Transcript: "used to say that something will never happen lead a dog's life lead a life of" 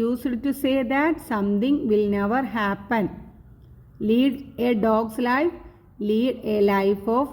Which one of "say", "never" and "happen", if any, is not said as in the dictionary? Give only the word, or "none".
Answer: none